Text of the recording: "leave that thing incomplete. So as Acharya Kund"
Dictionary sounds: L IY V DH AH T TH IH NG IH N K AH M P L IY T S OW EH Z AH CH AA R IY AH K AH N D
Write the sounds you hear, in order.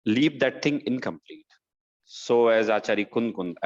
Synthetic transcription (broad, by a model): L IY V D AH T T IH NG IH N K AH M P L IY T S OW EH Z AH CH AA R IY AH K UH N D